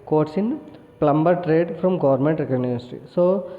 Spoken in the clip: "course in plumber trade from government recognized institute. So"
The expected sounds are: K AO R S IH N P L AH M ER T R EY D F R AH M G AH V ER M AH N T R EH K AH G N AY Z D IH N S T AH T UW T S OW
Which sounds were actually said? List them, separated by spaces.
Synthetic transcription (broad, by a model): K AO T S IH N P L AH M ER T R EY D F R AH M G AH V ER M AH N T R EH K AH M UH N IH S T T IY S OW